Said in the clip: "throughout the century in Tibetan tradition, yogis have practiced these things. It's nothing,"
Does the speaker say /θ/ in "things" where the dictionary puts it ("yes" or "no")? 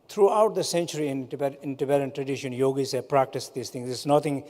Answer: no